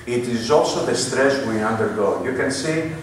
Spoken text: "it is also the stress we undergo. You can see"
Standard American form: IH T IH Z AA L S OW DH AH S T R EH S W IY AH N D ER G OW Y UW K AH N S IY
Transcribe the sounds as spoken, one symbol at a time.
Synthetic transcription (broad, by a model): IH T IH Z AA L S OW DH AH S T R EH S W IY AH N D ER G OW Y UW K AH N S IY